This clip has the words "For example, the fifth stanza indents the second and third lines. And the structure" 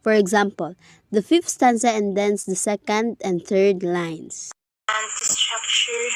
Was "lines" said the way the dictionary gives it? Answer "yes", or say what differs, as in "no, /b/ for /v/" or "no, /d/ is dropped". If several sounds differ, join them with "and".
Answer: no, /s/ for /z/